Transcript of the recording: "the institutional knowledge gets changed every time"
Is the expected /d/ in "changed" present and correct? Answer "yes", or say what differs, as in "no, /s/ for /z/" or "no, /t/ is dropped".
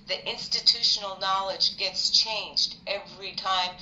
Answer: yes